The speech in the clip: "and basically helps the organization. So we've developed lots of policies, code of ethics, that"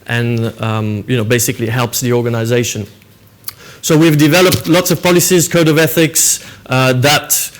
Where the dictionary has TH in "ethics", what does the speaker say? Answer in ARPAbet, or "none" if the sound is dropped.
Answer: TH